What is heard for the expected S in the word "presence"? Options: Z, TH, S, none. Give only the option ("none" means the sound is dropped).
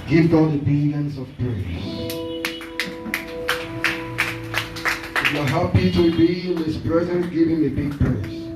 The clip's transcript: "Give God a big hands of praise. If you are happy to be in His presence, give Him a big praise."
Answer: none